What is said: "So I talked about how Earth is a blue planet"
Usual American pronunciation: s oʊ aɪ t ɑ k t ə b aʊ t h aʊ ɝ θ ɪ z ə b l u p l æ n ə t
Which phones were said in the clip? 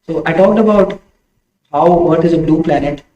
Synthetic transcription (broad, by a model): s oʊ aɪ t ɑ k t ə b aʊ t h aʊ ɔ t ɪ z ə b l u p l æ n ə t